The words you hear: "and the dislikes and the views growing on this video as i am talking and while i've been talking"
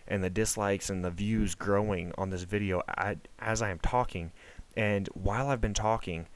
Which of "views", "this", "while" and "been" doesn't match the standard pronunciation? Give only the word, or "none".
none